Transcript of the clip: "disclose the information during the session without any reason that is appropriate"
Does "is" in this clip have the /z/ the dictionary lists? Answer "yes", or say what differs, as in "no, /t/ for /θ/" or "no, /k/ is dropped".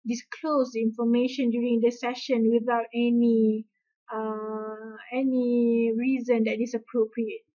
no, /s/ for /z/